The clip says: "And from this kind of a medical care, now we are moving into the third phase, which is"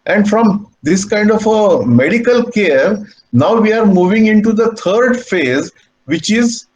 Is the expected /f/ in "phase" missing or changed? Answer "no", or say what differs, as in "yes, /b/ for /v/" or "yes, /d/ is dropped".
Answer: no